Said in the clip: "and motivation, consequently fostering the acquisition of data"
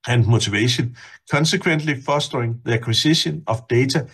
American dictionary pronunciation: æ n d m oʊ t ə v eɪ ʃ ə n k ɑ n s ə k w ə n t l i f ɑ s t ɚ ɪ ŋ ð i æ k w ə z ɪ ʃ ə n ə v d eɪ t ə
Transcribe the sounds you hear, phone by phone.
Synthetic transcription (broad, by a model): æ n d m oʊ s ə v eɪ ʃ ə n k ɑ n s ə k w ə n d l i f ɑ s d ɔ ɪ ŋ ð i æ k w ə s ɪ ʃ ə n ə f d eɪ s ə